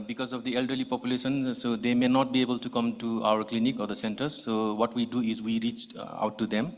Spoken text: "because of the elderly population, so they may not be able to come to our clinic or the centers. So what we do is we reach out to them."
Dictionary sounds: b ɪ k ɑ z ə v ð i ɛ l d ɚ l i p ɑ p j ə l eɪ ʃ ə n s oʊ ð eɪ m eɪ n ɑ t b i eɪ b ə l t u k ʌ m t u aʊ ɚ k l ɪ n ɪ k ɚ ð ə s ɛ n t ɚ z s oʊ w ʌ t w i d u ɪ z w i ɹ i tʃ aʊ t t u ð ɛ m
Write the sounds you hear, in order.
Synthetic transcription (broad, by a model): b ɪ k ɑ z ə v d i ɛ l d ɚ l i p ɑ p j ə l eɪ ʃ ə n s oʊ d eɪ m eɪ n ɑ t b i eɪ b ə l t u k ʌ m t u aʊ ɚ k l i n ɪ k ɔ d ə s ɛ n t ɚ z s oʊ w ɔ t w i d u ɪ z w i ɹ i tʃ aʊ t t u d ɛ m